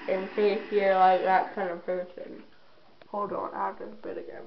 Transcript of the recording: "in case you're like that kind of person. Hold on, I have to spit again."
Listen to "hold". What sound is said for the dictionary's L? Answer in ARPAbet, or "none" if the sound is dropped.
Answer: L